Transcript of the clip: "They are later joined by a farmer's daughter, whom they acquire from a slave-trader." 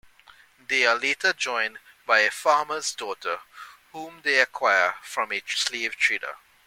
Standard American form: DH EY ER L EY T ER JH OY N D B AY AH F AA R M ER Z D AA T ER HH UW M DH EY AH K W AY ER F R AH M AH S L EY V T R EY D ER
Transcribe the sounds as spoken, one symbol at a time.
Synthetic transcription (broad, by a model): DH EY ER L EY T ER JH OY N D B AY AH F AA M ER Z D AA T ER HH UW M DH EY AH K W AY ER F R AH M AH S L EY V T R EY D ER